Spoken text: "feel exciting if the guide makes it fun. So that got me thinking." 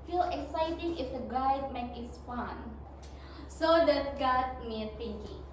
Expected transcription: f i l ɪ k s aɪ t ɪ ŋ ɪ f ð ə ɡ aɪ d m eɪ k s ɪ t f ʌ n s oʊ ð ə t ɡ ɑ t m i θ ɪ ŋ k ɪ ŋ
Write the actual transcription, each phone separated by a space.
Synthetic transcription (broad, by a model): f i l ɪ k s aɪ t ɪ ŋ ɪ f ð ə ɡ aɪ d m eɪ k ɪ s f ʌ n s oʊ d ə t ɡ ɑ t m i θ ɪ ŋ k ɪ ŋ